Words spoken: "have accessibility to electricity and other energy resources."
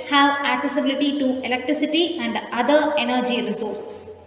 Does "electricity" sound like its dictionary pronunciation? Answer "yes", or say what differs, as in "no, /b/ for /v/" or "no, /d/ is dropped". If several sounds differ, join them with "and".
yes